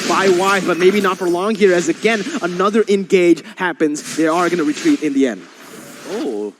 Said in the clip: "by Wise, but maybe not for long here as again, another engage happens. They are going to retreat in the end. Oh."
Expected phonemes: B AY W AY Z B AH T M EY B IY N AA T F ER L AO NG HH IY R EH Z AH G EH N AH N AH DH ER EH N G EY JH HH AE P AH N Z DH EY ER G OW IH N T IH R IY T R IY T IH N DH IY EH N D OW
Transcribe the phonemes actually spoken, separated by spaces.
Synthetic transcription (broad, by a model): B AY W AY B AH T M EY B IY N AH T F ER L AO NG HH IY R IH Z AH G EH N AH N AH DH ER EH N G EY JH HH AE P AH N Z DH EY ER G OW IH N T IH R IY T R IY T IH N DH IY EH N D OW